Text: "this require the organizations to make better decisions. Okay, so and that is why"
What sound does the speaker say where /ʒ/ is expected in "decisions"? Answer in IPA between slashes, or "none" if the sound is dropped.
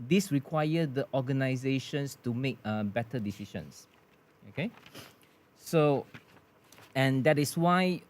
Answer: /ʃ/